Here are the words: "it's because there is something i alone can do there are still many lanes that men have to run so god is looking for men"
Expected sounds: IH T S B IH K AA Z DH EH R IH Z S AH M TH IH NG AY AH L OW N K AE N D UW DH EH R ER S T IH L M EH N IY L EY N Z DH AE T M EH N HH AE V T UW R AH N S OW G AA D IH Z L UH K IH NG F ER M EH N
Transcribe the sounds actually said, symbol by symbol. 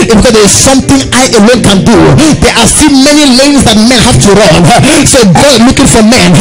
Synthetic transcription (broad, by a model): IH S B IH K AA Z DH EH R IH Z S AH M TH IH NG AY AH L OW N K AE N D UW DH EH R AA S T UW M EH N IY L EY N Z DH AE T M EH N HH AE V T UW R AH N S OW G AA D L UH K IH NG F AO M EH N